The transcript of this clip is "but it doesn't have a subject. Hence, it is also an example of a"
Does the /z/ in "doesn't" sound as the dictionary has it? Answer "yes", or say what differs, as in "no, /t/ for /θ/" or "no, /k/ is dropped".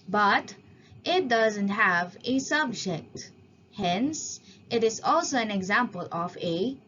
yes